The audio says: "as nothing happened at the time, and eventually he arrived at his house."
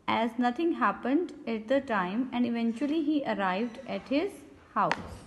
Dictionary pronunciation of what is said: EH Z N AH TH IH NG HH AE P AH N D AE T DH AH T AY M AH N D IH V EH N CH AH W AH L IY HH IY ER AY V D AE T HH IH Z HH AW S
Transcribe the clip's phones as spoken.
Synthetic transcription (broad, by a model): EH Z N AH T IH NG HH AE P AH N D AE T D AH T AY M AH N D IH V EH N CH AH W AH L IY HH IY ER AY V D AE T HH IH Z HH AW S